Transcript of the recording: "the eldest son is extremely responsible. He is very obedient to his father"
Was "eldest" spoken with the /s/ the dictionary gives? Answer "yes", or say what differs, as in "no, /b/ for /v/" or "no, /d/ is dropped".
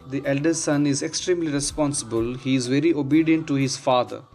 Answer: no, /s/ is dropped